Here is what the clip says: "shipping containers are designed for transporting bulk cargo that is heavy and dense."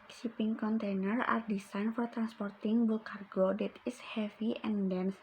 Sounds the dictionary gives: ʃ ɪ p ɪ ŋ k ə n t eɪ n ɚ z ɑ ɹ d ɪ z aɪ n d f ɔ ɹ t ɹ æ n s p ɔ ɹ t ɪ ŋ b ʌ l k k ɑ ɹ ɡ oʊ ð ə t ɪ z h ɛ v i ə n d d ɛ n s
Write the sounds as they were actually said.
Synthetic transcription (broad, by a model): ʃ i p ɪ ŋ k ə n t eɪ n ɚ ɑ ɹ d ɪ s aɪ n f ɔ ɹ t ɹ æ n s p ɔ ɹ t ɪ ŋ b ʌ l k k ɑ ɹ ɡ oʊ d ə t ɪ s h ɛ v i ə n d d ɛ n s